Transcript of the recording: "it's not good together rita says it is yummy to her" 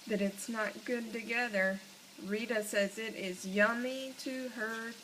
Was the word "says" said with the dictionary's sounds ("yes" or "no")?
yes